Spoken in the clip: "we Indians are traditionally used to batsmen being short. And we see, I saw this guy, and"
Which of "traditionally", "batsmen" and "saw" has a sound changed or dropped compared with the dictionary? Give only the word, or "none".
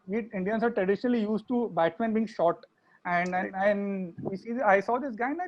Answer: batsmen